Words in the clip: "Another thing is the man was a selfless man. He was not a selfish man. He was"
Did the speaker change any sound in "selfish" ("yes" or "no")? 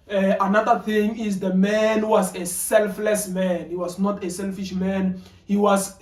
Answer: no